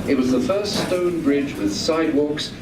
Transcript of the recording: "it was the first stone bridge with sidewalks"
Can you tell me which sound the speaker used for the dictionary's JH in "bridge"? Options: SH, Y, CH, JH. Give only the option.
JH